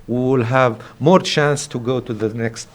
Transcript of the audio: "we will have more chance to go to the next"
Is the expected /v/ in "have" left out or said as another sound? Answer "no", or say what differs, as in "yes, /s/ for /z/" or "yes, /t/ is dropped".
no